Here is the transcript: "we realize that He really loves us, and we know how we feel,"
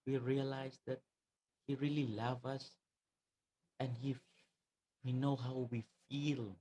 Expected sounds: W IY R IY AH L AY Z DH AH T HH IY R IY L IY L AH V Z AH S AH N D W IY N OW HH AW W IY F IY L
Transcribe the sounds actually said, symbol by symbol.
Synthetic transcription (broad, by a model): W IY R IY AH L AY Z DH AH T HH IY R IY L IY L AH V AH S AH N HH W IY N OW HH AW W IY F IY L